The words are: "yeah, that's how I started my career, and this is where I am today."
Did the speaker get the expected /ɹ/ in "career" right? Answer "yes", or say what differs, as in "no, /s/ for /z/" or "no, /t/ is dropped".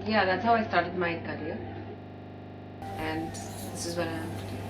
no, /l/ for /ɹ/